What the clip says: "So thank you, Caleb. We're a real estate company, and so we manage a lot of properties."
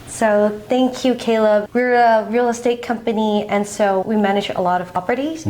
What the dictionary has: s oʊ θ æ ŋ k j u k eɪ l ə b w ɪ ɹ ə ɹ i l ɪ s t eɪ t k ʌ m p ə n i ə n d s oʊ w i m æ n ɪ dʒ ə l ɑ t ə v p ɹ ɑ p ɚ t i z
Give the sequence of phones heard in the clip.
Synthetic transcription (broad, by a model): s oʊ θ æ ŋ k j u k eɪ l ə b w ɪ ɹ ə ɹ i l ɪ s t eɪ t k ʌ m p ə n i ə n s oʊ w i m æ n ɪ dʒ ə l ɑ t ə v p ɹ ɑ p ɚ t i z